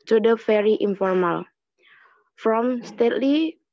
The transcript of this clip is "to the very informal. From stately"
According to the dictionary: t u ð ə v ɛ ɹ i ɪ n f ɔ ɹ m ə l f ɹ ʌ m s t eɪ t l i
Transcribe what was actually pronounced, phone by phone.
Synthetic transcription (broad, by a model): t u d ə f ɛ ɹ i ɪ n f ɔ ɹ m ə l f ɹ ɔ m s t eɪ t l i